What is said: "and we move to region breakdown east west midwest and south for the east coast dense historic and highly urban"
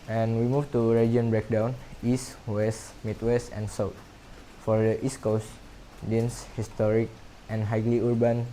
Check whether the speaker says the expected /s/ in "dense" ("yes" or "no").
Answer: yes